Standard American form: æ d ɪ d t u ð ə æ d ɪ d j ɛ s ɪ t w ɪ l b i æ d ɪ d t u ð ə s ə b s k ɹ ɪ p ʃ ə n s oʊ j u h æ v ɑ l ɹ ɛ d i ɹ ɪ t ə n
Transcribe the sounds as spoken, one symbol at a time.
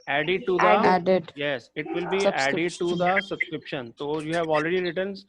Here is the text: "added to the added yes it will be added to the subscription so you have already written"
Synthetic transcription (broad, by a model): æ d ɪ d t u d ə æ d ɪ d j ɛ s ɪ t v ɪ l b i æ d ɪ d t u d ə s ə b s k ɹ ɪ p ʃ ə n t oʊ j u h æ v ɑ l ɹ ɛ d i ɹ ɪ t ə n